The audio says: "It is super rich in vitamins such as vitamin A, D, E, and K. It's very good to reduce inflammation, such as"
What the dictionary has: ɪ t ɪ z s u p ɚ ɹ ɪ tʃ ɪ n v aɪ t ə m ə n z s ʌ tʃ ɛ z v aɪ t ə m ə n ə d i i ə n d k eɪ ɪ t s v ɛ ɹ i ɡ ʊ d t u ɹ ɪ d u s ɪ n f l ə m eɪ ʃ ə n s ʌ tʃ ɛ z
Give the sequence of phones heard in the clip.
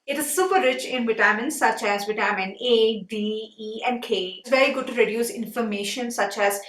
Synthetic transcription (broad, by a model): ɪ t ɪ z s u p ɚ ɹ ɪ tʃ ɪ n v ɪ t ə m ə n s ʌ tʃ ɛ z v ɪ t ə m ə n ə d i i ə n d k eɪ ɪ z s v ɛ ɹ i ɡ ʊ d t u ɹ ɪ d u s ɪ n f ə m eɪ ʃ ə n s ʌ tʃ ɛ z